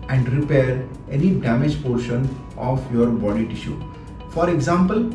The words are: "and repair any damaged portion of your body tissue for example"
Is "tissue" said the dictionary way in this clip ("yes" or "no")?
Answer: yes